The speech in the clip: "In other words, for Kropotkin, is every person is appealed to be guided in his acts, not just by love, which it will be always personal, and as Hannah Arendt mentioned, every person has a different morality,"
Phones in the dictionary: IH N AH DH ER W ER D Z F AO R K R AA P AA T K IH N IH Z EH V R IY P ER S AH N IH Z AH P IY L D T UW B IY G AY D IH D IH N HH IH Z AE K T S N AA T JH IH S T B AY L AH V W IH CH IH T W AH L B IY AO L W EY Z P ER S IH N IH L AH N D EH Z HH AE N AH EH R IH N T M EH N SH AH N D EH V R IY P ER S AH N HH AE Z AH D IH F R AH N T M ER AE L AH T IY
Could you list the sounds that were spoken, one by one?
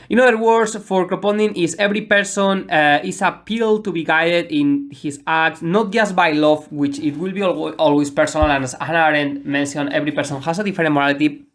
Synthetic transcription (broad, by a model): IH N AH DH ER W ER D S F AO R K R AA P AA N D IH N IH S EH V R IY P ER S AH N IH S AH P IY L D T UW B IY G AY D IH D IH N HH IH S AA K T S N AA T JH IH S T B AY L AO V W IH CH IH T W AH L B IY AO L W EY S P ER S IH N IH L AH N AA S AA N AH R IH N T M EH N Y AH N EH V R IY P ER S AH N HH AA S AH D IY F R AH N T M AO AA L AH T IY